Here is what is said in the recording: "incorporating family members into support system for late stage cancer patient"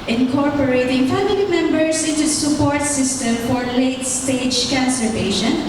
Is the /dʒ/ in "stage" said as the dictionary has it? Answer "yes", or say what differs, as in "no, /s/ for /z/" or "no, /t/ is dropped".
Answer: yes